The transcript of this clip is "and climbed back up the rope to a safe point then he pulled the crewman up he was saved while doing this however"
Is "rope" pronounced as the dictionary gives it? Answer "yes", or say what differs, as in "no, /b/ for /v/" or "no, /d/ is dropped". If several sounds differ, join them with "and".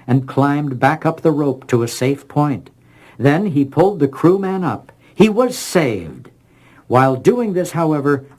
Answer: yes